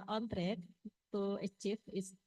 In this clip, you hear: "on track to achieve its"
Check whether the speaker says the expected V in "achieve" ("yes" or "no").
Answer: no